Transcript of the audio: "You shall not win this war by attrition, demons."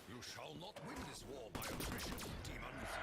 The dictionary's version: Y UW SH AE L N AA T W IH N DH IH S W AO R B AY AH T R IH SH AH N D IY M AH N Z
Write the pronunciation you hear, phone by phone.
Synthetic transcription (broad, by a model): Y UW SH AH L N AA T W IH N DH IH S W AO R B AY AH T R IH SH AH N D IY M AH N